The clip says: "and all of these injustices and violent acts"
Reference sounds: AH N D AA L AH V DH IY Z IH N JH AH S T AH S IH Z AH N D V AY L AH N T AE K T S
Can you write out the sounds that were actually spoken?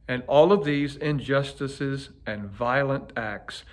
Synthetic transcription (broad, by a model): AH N AA L AH V DH IY Z IH N JH AH S T AH S IH Z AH N V AY L AH N T AE K T S